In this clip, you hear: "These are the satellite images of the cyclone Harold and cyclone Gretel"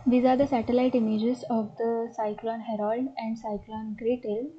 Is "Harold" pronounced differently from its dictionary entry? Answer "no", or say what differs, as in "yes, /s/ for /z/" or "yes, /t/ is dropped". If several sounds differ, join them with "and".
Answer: no